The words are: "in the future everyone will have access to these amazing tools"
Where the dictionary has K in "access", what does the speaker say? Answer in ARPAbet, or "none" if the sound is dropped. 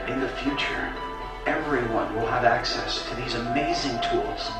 K